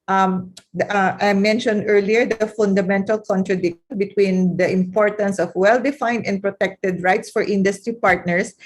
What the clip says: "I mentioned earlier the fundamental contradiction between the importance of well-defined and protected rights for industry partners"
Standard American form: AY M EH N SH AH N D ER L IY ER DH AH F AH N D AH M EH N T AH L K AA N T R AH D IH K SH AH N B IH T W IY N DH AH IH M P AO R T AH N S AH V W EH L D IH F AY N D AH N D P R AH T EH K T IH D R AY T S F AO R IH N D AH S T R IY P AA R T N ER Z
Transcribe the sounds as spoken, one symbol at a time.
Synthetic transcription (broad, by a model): AY M EH N SH AH N D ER L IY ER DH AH F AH N D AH M EH N T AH L K AA N T R AH D IH K SH AH N B IH T W IY N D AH IH M P AO R T AH N S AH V W EH L D IH F AY N D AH N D P R AH T EH K T IH D R AY T S F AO R IH N D AH S T R IY P AA R T N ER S